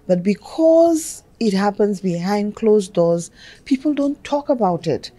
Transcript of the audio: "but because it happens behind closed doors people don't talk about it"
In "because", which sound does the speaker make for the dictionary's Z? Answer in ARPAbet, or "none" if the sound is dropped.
Z